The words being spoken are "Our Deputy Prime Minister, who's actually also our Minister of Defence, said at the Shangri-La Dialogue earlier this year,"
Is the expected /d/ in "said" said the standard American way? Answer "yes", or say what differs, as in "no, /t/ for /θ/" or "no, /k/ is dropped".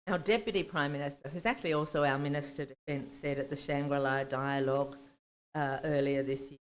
yes